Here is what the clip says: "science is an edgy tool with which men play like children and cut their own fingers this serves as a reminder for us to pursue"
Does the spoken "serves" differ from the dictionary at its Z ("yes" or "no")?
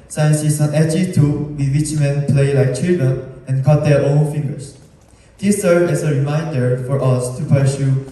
yes